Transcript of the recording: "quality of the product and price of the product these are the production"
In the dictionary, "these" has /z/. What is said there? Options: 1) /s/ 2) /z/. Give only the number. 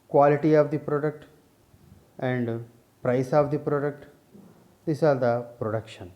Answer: 1